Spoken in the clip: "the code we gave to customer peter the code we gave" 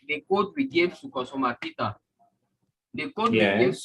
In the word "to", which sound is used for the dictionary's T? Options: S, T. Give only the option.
S